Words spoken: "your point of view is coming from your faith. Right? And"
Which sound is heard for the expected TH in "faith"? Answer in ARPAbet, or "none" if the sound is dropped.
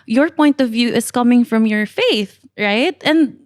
TH